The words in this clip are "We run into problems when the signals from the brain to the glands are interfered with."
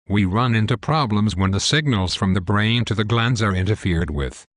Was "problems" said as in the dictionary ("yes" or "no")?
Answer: yes